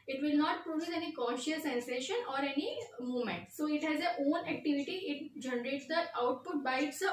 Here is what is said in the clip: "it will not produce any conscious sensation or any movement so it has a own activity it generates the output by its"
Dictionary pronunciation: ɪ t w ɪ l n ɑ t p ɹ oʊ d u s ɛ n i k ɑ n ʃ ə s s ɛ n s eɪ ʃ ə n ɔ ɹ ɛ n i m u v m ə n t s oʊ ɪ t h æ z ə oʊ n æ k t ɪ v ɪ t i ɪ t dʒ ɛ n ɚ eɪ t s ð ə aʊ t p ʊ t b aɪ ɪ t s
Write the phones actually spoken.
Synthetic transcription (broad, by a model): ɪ t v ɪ l n ɑ t p ɹ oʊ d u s ɛ n i k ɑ ʃ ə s s ɛ n s eɪ ʃ ə n ɔ ɹ ɛ n i m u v m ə n t s oʊ ɪ t h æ z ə oʊ n æ k t ɪ v ɪ t i ɪ t dʒ ɛ n ɚ eɪ t s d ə aʊ t p ʊ t b aɪ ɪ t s